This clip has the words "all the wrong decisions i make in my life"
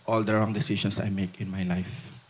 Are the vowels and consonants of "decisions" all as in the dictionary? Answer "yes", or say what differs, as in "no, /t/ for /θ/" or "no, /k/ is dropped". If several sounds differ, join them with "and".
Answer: no, /s/ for /ʒ/ and /s/ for /z/